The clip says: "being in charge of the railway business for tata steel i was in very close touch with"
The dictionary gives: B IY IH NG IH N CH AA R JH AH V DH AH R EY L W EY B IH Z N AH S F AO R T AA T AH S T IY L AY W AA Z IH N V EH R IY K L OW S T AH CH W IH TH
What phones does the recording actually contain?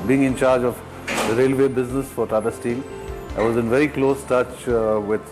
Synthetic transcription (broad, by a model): B IY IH NG IH N CH AA R JH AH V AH R EY L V EY B IH Z N AH S F AO R T AA T AH S T IY L AY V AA Z IH N V EH R IY K L OW S T AH CH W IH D